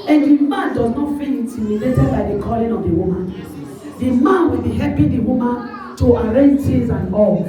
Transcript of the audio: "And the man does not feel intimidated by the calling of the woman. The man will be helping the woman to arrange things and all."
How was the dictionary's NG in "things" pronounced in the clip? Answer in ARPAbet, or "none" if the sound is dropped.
none